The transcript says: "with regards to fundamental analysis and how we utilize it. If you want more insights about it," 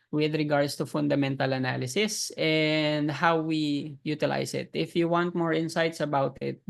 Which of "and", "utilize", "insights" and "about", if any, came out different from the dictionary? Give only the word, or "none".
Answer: utilize